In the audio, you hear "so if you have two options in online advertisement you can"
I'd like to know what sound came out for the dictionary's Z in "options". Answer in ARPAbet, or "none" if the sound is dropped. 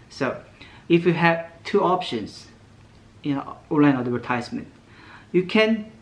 S